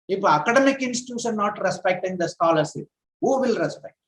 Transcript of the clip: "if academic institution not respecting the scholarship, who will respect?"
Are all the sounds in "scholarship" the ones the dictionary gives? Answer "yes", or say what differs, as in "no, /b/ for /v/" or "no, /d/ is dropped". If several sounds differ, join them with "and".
no, /s/ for /ʃ/